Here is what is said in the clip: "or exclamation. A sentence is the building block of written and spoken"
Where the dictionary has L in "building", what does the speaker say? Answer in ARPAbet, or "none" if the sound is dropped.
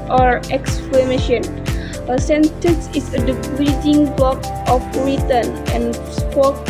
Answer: none